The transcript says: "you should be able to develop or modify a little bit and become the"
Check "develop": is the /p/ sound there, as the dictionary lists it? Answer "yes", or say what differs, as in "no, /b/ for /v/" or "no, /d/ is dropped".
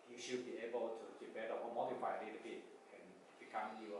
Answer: no, /p/ is dropped